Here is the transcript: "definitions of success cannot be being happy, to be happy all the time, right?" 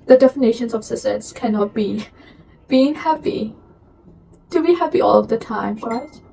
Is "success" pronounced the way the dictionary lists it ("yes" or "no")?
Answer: no